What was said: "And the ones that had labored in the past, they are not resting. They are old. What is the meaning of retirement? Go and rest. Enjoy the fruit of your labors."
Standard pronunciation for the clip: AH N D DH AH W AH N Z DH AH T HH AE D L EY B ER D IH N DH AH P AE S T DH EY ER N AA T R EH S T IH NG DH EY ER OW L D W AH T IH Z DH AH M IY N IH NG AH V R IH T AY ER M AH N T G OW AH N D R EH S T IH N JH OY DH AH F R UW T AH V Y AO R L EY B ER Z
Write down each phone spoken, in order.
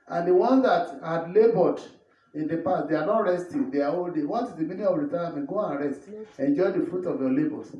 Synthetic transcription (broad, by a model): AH N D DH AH W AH N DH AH T HH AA D L EY B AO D IH N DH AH P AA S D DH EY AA N AA T R EH S T IH NG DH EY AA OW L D W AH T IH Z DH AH M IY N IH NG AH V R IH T AY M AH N G OW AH N R EH S T IH N JH OY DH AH F R UW T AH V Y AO L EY B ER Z